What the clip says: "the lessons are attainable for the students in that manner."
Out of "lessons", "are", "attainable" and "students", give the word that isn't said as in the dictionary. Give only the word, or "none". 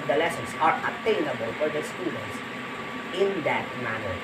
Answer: lessons